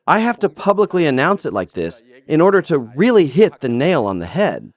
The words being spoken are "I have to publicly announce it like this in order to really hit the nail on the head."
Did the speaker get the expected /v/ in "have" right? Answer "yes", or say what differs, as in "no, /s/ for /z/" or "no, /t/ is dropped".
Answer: no, /f/ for /v/